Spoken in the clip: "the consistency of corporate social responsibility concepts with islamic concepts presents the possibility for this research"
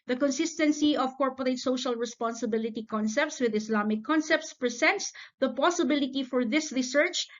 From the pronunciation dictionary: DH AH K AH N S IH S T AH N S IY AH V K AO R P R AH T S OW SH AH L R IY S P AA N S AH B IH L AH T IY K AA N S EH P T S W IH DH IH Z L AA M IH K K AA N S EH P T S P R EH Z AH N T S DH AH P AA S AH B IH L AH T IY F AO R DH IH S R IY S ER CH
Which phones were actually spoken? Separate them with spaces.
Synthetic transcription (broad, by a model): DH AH K AH N S IH S T AH N S IY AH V K AO R P R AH T S OW SH AH L R IY S P AA N S AH B IH L AH T IY K AA N S EH P T S W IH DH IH S L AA M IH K K AA N S EH P T S P R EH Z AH N T S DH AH P AA S AH B IH L AH T IY F AO R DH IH S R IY S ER CH